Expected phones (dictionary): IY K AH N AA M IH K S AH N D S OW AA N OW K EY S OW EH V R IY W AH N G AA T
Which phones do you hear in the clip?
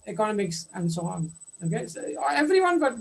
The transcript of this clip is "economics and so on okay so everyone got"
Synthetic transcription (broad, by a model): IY K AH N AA M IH K S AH N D S OW AA N OW K EY S OW EH V R IY W AH N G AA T